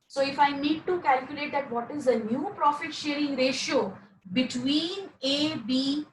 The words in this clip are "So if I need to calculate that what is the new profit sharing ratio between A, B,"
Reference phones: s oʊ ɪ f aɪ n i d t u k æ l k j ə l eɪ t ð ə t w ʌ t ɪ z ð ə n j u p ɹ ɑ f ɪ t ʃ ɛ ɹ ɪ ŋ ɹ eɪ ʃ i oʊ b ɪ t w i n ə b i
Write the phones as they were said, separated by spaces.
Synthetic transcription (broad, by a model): s oʊ ɪ f aɪ n i d t u k æ l k j ə l eɪ t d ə t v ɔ t ɪ z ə n j u p ɹ ɑ f ɪ t ʃ ɛ ɹ ɪ ŋ ɹ eɪ ʃ i oʊ b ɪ t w i n ə b i